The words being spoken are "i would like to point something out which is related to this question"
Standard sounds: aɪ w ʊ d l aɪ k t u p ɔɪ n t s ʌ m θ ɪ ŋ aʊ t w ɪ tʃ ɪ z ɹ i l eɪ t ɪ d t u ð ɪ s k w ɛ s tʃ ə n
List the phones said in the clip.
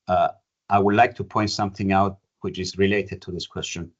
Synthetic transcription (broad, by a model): aɪ w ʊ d l aɪ k t u p ɔɪ n t s ʌ m θ ɪ ŋ aʊ t w ɪ tʃ ɪ z ɹ i l eɪ t ɪ d t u ð ɪ s k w ɛ s tʃ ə n